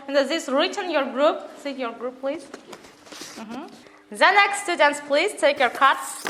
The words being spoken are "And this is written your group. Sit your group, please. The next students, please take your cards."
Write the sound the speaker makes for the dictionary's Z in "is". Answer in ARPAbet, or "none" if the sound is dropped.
S